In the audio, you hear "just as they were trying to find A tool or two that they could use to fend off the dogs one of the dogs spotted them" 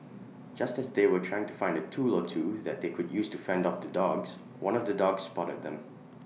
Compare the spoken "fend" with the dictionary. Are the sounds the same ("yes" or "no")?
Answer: yes